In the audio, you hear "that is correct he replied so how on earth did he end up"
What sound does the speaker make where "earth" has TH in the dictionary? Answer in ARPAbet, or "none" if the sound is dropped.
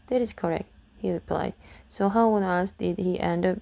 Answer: S